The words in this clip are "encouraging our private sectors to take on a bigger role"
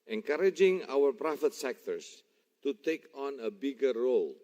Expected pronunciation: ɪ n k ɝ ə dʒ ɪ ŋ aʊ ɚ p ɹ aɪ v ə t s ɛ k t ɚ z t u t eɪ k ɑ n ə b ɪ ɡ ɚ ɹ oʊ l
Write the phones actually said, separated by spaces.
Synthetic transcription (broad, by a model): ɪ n k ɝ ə dʒ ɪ ŋ aʊ ɚ p ɹ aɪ f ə t s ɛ k t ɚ s t u t eɪ k ɑ n ə b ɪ ɡ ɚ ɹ oʊ l